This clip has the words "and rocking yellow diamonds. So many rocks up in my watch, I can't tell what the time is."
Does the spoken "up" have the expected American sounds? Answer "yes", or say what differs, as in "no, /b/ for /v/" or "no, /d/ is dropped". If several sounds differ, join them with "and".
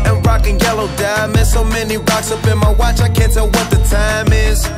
no, /b/ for /p/